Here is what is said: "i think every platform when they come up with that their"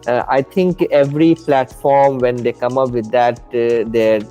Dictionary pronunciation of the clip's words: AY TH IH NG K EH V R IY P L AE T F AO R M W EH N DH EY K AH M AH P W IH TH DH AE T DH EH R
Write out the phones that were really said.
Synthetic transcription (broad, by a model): AY T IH NG K EH V R IY P L AE T F AO R M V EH N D EY K AH M AH P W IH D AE T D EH R